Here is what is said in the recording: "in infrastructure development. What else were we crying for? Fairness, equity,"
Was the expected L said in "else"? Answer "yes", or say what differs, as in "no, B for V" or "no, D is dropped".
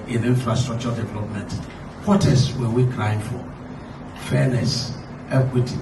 no, L is dropped